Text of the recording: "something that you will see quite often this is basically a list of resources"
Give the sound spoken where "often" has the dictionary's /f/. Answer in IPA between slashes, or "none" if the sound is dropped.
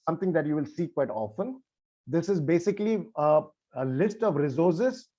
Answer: /f/